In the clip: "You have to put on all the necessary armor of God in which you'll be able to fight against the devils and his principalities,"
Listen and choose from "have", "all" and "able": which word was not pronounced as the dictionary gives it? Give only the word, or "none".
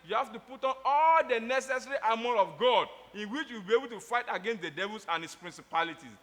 have